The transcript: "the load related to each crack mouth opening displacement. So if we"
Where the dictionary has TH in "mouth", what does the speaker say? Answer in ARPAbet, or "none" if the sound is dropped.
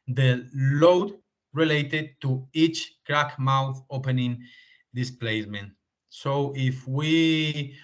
TH